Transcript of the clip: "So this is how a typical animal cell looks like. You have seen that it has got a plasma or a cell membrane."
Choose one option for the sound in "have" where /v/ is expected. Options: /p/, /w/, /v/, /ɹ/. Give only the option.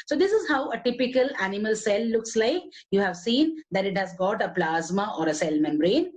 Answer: /v/